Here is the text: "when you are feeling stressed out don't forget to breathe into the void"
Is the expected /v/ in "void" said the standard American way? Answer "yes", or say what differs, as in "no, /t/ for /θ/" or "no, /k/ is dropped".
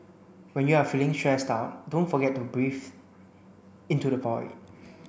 no, /p/ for /v/